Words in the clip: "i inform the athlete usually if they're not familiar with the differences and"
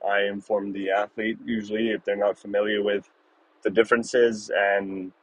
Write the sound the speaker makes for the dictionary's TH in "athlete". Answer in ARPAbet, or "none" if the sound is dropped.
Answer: TH